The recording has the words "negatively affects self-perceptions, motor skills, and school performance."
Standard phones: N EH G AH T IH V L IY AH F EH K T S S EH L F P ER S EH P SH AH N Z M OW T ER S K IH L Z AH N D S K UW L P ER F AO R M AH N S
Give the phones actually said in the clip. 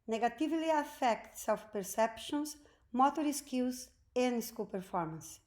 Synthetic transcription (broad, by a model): N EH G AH T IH V L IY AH F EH K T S S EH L F P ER S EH P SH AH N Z M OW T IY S K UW Z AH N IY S K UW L P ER F AO R M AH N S